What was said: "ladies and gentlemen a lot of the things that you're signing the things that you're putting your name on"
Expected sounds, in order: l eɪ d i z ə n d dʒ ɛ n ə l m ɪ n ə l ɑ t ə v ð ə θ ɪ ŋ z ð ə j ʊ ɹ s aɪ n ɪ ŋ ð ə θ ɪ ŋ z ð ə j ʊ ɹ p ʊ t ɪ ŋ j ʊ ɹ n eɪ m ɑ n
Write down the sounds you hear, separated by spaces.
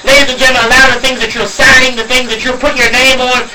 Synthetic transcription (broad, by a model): l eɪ d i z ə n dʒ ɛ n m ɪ ə l ɑ ə ð ə θ ɪ ŋ z ð ə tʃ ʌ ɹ s aɪ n ɪ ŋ ð ə θ ɪ ŋ z ð ə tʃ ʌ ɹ p ʊ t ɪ ɹ n eɪ m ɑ n